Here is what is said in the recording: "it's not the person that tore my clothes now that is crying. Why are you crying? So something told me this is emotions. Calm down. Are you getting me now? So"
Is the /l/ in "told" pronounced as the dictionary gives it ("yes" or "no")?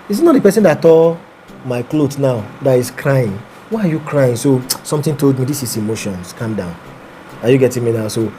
yes